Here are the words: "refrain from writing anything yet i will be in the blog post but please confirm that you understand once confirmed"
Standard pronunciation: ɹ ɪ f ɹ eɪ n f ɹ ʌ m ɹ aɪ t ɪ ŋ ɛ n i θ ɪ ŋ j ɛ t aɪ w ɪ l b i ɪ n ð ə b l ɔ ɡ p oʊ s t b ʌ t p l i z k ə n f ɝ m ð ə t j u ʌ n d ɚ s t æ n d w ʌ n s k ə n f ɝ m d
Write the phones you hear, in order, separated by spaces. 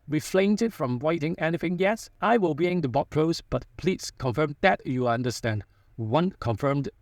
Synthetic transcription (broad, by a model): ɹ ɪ f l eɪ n f ɹ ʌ m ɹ aɪ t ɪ ŋ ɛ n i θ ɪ ŋ j ɛ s aɪ w ɪ l b i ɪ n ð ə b ɔ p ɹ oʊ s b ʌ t p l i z k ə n f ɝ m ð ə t j u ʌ n d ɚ s t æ n d w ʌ n k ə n f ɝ m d